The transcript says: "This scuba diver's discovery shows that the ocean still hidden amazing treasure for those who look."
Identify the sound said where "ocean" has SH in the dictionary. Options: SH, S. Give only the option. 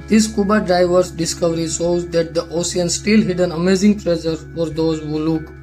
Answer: S